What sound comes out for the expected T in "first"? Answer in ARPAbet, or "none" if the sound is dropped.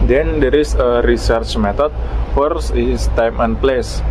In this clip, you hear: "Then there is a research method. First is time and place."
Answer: none